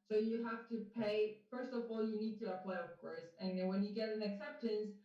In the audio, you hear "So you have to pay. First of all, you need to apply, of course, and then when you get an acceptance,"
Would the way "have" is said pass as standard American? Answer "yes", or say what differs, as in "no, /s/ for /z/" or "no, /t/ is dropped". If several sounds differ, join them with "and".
no, /f/ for /v/